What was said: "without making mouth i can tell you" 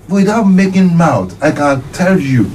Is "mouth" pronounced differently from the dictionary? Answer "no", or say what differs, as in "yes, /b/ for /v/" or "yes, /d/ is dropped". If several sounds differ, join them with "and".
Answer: yes, /t/ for /θ/